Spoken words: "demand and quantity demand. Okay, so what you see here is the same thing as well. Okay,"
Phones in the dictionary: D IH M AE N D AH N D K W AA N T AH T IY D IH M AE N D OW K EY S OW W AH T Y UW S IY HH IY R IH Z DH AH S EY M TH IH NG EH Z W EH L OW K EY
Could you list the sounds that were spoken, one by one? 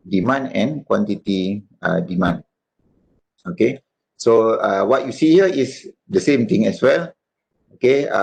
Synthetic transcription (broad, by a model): D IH M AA N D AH N K W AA N T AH T IY D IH M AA N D OW K EY S OW W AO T Y UW S IY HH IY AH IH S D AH S EY M T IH NG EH S W EH L OW K EY